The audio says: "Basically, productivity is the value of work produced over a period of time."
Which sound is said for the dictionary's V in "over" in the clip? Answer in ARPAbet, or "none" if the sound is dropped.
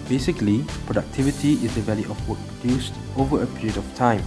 V